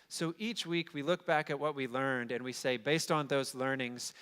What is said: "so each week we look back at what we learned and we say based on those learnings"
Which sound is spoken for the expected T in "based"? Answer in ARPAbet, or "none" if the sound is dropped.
T